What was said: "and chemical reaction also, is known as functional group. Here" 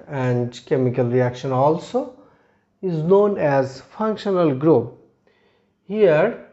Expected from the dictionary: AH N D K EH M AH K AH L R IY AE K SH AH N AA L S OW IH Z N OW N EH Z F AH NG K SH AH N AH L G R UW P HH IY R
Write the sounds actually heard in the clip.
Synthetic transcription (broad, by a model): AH N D K EH M AH K AH L R IY AE K SH AH N AA L S OW IH Z N OW N EH Z F AH NG K SH AH N AH L G R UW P HH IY R